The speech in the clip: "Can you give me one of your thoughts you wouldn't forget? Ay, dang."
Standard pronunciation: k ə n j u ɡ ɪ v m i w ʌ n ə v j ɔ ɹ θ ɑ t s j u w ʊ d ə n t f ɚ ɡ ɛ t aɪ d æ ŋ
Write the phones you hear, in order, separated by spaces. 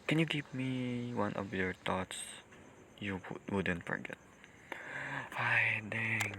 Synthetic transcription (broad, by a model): k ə n j u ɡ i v m i w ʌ n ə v j ɔ ɹ t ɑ t s j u w ʊ d ə n t f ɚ ɡ ɛ t aɪ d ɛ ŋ